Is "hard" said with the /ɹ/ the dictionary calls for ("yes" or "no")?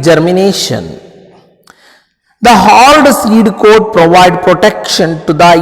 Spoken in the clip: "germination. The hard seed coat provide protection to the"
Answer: no